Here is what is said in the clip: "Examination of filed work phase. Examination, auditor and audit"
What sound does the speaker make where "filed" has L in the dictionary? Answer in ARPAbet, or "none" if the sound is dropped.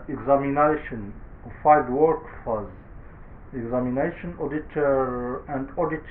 none